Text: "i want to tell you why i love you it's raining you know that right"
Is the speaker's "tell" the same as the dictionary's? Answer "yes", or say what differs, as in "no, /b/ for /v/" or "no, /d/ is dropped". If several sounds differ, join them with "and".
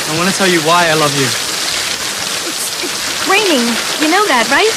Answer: yes